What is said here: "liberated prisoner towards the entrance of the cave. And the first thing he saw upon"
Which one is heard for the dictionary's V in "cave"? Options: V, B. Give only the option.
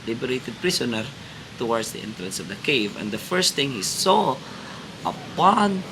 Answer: V